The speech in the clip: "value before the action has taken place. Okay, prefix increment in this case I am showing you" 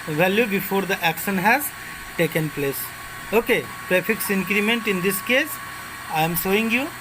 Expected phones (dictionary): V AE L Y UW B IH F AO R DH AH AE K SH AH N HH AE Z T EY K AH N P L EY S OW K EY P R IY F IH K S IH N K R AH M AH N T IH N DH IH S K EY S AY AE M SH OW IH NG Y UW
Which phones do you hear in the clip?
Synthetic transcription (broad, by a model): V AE L Y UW B IH F AO R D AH AE K SH AH N HH AE Z T EY K AH N P L EY S OW K EY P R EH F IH K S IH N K R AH M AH N T IH N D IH S K EY S AY M S OW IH NG Y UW